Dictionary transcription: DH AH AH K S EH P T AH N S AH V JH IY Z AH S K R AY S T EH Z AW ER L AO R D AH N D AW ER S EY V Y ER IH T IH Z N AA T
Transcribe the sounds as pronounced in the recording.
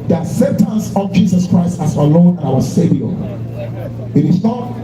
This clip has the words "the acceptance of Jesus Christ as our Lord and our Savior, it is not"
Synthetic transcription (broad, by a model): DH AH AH S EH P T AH N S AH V JH IY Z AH S K R AY S T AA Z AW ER L AO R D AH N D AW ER S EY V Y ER IH T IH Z N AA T